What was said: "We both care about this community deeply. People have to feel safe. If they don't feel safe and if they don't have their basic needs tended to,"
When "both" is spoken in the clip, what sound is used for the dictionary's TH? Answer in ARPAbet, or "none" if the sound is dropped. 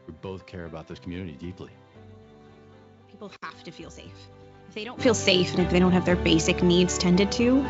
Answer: TH